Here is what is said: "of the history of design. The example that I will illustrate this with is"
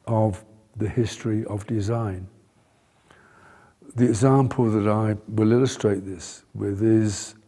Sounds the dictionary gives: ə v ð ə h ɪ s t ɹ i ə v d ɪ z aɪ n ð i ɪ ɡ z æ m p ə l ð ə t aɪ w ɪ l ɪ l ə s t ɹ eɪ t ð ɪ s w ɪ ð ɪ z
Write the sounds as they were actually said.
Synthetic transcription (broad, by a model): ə v ð ə h ɪ s t ɹ i ə v d ɪ z aɪ n ð i ɪ ɡ z æ m p ə l ð ə t aɪ w ɪ l ɪ l ə s t ɹ eɪ t ð ɪ s w ɪ ð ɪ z